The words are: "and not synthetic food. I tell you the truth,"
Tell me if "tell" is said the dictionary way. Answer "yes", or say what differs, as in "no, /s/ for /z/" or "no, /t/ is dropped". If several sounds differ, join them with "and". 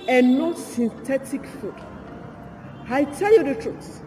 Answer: yes